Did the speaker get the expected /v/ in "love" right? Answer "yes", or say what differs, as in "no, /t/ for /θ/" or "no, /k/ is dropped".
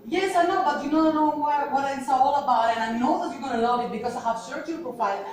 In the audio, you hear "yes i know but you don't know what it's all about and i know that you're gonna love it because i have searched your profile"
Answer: no, /v/ is dropped